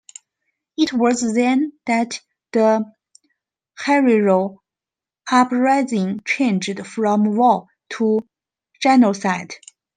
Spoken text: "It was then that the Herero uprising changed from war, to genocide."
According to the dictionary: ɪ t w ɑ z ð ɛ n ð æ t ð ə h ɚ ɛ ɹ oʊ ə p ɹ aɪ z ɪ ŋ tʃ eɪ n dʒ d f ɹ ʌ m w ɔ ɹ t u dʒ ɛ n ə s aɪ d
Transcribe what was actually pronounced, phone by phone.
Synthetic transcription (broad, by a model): ɪ t w ɑ z ð ɛ n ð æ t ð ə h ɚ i ɹ oʊ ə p ɹ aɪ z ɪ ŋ tʃ eɪ n dʒ d f ɹ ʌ m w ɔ l t u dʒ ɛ n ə s aɪ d